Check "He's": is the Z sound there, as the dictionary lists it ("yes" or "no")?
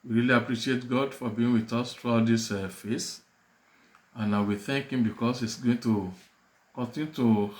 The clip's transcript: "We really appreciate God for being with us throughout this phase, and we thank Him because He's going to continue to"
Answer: no